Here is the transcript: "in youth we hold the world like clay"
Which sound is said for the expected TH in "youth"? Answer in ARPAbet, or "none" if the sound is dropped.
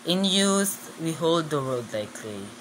S